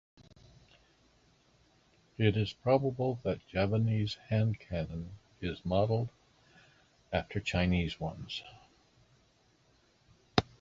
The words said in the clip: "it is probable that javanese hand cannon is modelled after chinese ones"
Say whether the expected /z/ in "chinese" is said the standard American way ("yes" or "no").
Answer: yes